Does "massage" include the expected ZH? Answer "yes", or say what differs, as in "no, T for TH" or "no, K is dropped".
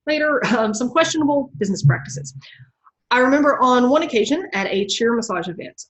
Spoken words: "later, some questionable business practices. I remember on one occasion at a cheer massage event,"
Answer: yes